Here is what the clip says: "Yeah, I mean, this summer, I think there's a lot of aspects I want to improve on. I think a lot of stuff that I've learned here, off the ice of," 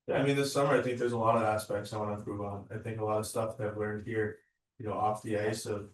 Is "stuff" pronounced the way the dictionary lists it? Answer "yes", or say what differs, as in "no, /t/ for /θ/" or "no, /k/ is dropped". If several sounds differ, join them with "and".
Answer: yes